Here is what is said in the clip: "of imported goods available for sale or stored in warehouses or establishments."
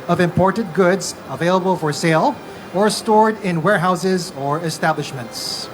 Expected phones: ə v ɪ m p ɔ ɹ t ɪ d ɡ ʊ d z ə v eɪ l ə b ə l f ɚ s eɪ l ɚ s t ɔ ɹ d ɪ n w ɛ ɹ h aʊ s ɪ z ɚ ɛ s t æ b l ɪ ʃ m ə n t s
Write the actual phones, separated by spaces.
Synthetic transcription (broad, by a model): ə v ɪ m p ɔ ɹ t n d ɡ ʊ d z ə v eɪ l ə b ə l f ɚ s eɪ l ɚ s t ɔ ɹ d ɪ n w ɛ ɹ h aʊ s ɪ z ɚ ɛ s t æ b l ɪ ʃ m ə n t s